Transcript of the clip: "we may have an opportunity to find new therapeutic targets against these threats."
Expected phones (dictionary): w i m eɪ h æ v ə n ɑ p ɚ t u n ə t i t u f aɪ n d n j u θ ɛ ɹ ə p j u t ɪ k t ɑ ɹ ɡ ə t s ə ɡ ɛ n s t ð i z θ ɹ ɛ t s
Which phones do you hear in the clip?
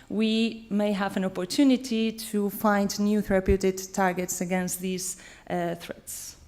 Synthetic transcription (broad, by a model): w i m eɪ h æ v ə n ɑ p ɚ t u n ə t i t u f aɪ n d n j u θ ɹ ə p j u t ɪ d t ɑ ɹ ɡ ə t s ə ɡ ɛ n s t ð i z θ ɹ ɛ t s